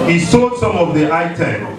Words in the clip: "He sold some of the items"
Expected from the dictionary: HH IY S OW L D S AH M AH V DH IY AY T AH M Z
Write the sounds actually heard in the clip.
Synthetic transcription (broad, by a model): HH IY S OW D S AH M AH V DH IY AY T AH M